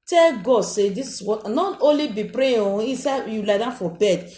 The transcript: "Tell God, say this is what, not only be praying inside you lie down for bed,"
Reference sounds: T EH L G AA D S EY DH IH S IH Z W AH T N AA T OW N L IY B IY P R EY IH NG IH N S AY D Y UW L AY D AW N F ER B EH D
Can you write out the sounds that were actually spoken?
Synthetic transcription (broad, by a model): T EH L G AA D S EY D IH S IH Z W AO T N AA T OW N L IY B IY P R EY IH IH S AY Y UW L AY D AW F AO B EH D